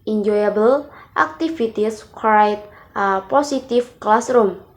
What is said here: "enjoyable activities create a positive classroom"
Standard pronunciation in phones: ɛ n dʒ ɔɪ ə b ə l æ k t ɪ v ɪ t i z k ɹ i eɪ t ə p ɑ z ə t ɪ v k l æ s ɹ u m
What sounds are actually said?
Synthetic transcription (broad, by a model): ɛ n dʒ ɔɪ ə b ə l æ k t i f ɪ t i s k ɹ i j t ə p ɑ s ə t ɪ f k l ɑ s ɹ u m